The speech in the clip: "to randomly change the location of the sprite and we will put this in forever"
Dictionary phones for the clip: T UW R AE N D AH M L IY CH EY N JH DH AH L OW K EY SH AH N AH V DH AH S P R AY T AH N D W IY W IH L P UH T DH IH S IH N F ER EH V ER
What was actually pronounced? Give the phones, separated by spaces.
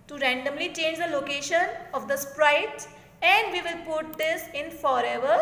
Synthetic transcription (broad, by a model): T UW R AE N D AH M L IY CH EY N JH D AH L OW K EY SH AH N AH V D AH S P R AY T AH N D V IY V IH L P UH T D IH S IH N F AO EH V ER